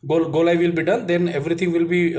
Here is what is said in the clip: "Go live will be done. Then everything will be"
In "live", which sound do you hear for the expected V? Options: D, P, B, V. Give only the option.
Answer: V